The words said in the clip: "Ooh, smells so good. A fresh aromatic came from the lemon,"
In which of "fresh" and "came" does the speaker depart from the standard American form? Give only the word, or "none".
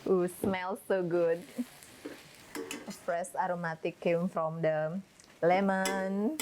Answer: fresh